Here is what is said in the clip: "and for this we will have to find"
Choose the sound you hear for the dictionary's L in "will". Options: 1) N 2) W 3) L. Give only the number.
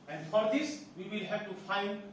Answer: 3